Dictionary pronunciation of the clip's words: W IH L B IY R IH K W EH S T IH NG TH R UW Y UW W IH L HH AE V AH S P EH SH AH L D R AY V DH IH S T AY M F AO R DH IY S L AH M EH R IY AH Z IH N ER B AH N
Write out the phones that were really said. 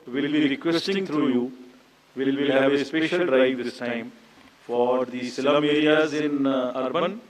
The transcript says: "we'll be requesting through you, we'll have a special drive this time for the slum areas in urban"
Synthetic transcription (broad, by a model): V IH L B IY R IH K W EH S T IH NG T R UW Y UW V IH L HH AE V AH S P EH SH AH L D R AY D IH S T AY M F AO R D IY S L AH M EH R IY AH Z IH N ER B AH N